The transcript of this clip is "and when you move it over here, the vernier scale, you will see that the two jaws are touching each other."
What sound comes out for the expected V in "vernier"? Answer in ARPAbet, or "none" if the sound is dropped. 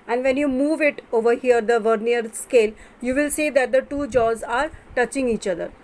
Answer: V